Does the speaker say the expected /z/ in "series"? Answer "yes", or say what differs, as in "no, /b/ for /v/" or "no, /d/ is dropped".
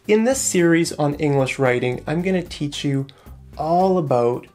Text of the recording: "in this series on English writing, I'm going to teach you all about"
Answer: yes